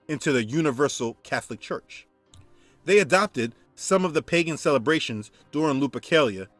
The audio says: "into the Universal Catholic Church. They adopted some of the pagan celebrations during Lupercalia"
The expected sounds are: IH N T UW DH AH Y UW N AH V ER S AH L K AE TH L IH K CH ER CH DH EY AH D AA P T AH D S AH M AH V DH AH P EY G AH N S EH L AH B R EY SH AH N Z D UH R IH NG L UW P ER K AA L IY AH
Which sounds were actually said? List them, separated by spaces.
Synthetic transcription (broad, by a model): IH N T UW DH AH Y UW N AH V ER S L K AE TH L IH K CH ER CH DH EY AH D AA P T AH D S AH M AH V DH AH P EY G AH N S EH L AH B R EY SH AH N Z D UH R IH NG L UW P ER K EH L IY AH